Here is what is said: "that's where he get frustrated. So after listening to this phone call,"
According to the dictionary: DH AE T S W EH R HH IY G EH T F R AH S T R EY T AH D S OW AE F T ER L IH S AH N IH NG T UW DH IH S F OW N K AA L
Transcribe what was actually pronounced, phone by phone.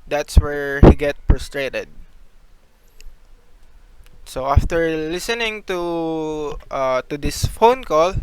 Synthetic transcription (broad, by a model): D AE T S W EH R HH IY G EH T P R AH S T R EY T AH D S OW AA F T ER L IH S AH N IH NG T UW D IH S F OW N K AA L